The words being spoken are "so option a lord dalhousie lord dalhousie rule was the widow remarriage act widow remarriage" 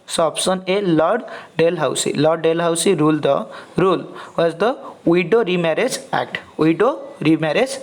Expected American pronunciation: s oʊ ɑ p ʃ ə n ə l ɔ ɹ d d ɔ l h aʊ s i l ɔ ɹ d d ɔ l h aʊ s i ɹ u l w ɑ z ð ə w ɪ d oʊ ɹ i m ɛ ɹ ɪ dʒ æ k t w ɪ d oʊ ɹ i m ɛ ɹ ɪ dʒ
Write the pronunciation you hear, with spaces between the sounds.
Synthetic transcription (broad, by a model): s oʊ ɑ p s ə n ə l ɔ ɹ d d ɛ l h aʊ s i l ɔ ɹ d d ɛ l h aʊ s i ɹ u l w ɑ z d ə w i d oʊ ɹ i m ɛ ɹ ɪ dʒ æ k t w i d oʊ ɹ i m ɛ ɹ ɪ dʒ